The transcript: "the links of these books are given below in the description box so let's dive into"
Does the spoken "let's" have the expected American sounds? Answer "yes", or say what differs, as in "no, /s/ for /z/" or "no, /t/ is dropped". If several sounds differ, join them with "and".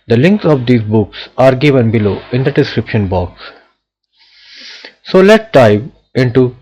no, /s/ is dropped